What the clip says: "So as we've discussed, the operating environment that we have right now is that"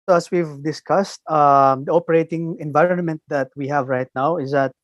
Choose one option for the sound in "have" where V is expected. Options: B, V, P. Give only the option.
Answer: V